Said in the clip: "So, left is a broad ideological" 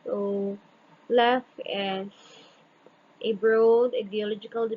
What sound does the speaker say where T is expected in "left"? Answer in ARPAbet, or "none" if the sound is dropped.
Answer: none